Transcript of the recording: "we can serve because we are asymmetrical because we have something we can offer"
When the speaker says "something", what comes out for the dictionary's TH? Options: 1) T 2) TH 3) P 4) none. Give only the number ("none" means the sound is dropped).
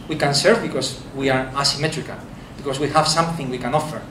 2